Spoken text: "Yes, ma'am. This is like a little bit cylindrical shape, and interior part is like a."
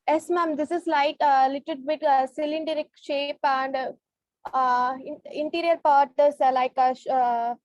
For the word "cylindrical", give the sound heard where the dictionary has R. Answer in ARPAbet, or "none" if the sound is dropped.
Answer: none